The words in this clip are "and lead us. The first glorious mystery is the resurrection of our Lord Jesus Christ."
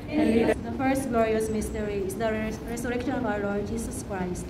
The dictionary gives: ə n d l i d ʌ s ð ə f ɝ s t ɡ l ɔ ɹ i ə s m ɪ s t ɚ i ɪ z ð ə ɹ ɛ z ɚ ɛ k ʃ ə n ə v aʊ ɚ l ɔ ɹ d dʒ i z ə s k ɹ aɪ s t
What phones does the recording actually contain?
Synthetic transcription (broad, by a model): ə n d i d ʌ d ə f ɝ s t ɡ l ɔ ɹ i ə s m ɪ s t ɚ i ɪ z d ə ɹ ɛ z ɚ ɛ k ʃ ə n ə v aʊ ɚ l ɔ ɹ d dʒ i s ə s k ɹ aɪ s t